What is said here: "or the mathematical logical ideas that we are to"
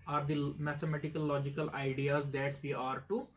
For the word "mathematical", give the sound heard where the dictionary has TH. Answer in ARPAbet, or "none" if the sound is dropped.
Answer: T